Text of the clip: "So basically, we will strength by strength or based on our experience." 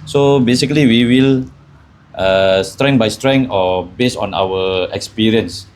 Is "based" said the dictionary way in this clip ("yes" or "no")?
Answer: no